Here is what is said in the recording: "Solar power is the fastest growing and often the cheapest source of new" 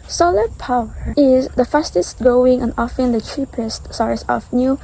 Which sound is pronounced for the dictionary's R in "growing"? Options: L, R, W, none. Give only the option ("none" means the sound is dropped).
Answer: none